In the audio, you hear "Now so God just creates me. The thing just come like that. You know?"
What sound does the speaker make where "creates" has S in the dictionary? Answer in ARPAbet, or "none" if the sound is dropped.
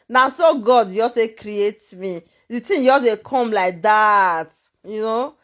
none